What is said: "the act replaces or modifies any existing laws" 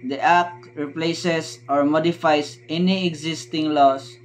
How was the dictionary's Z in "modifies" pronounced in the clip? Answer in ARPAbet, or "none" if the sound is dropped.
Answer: S